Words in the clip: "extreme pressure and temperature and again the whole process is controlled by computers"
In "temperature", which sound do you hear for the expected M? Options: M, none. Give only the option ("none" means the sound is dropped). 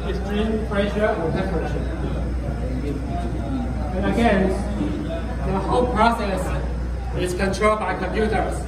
none